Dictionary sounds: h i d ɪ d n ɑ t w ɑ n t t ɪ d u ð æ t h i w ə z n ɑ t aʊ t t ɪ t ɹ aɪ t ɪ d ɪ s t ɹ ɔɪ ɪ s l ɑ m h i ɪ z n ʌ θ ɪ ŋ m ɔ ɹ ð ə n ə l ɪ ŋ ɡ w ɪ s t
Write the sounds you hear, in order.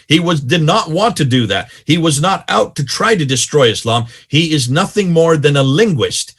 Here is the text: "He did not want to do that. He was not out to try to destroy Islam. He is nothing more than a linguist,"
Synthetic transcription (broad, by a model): h i d ɪ d n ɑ t w ɑ n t t ɪ d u ð æ t h i w ə z n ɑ t aʊ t t ɪ t ɹ aɪ t ɪ d ɪ s t ɹ ɔɪ ɪ s l ɑ m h i ɪ z n ʌ θ ɪ ŋ m ɔ ɹ ð ə n ə l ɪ ŋ ɡ w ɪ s t